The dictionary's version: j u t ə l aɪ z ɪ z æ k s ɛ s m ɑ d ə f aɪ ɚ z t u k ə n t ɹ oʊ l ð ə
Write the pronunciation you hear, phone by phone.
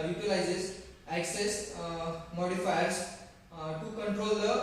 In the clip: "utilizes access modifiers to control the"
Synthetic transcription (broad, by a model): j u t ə l aɪ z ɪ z æ k s ɛ s m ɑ d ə f aɪ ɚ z t u k ə n t ɹ oʊ l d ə